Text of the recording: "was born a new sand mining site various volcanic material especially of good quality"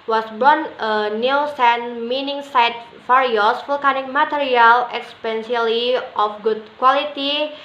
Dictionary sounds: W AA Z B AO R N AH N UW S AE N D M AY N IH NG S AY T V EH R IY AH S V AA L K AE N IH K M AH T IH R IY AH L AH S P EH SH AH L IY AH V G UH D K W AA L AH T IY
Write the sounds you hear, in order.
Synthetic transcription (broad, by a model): W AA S B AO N AH N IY S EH N M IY N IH NG S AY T F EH R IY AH S F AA L K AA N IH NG M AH T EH R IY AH L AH S P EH S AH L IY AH F G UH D K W AA L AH T IY